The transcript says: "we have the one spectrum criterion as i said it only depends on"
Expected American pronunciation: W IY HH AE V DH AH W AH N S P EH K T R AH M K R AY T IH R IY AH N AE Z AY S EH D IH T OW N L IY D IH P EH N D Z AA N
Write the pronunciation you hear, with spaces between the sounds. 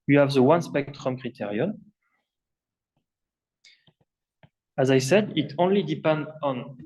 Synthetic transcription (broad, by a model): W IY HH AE V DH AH W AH N S P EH K T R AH M K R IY T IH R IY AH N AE Z AY S EH D IH T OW N L IY D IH P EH N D AA N